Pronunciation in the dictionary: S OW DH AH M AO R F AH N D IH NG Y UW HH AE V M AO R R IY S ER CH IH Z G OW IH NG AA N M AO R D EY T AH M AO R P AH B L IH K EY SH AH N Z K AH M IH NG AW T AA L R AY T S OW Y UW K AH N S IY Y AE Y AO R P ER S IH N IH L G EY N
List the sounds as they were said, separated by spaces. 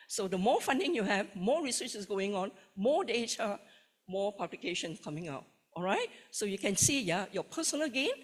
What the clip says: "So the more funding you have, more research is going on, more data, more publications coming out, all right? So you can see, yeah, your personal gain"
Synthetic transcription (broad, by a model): S OW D AH M AO F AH N D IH NG Y UW HH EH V M AO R R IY S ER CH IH S G OW IH NG AA N M AO D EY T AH M AO P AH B L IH K EY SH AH N K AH M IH NG AW T AA L R AY T S OW Y UW K AH N S IY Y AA Y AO P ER S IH N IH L G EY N